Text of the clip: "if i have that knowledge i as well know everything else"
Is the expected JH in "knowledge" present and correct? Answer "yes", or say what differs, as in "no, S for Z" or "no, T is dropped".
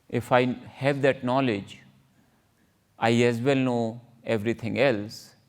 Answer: yes